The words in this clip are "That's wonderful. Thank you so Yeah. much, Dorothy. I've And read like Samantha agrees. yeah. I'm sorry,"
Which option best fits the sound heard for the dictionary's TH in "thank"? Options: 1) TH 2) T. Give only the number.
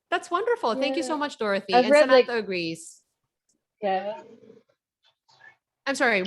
1